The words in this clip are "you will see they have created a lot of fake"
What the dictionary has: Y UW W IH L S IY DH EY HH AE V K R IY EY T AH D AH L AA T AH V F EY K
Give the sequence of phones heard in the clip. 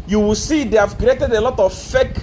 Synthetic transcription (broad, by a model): Y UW W IH L S IY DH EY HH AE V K IY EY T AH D AH L AA T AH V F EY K